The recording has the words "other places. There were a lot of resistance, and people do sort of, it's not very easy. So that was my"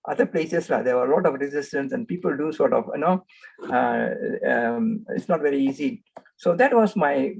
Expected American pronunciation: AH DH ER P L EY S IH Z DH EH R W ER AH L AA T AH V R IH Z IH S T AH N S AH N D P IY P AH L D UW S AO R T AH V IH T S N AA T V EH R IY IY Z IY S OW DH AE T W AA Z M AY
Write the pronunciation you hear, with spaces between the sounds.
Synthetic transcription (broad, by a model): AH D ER P L EY S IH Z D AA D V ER AH L AA T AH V R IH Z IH S T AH N S AH N D P IY P AH L D UW S AO R T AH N IH T S N AA T V EH R IY IY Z IY S OW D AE T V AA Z M AY